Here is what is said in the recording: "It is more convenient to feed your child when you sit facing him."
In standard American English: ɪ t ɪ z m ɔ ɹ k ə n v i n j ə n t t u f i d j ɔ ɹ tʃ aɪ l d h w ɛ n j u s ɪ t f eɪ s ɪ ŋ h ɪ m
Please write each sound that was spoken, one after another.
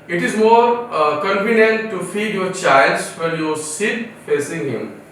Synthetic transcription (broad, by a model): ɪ t ɪ z m ɔ ɹ k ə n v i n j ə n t t u f i d j ɔ ɹ tʃ aɪ l d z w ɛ l j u s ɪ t f eɪ s ɪ ŋ h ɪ m